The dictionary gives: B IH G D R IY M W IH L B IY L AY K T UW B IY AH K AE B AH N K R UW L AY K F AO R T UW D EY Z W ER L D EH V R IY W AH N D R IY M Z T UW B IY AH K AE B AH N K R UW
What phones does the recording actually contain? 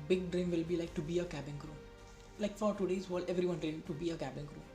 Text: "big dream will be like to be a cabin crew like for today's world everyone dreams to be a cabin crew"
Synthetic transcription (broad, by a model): B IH G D R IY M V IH L B IY L AY K T UW B IY AH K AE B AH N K R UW L AY K F AO R T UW D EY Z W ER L EH V R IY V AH N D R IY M T UW B IY AH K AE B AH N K R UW